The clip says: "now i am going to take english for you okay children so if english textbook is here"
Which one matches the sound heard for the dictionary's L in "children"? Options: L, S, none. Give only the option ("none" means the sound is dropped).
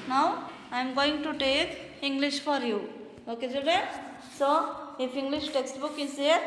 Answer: none